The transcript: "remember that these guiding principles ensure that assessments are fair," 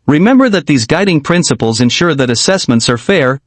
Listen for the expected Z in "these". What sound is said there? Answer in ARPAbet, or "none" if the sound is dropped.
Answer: Z